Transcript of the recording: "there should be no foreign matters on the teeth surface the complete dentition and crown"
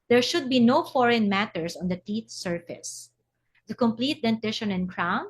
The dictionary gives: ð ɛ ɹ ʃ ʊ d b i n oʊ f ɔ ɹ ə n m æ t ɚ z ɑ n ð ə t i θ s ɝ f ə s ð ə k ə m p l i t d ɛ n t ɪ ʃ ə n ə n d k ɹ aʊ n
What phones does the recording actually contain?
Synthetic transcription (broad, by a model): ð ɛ ɹ ʃ ʊ d b i n oʊ f ɔ ɹ ə n m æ t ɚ s ɑ n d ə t i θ s ɝ f ə s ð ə k ə m p l i t d ɛ n t ɪ ʃ ə n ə n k ɹ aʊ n